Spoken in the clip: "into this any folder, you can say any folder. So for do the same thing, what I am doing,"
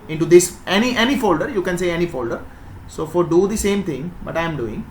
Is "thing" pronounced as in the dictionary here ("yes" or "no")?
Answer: no